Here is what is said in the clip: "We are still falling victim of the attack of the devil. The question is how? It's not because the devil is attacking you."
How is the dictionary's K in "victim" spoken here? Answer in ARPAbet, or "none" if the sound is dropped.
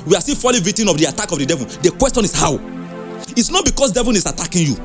none